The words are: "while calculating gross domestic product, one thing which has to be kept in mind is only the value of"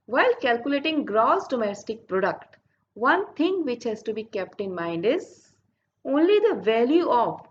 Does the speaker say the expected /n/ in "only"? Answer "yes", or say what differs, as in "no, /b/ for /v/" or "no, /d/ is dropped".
yes